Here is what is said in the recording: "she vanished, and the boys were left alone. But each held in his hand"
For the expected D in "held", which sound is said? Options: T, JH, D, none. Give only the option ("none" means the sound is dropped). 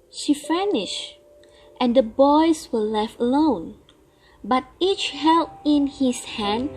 none